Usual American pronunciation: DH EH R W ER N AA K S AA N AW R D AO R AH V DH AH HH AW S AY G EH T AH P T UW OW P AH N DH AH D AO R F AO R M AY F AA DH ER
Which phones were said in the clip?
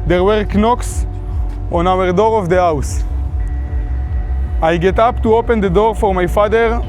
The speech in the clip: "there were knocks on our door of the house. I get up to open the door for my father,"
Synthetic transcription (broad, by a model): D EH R W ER N AA K S AA N AW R D AO R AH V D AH HH AW S AY G EH T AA P T UW OW P AH N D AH D AO R F AO R M AY F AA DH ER